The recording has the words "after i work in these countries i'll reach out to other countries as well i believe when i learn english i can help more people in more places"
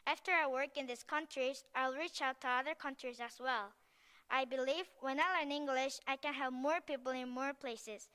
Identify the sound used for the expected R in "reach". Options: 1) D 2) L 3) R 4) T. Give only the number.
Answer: 3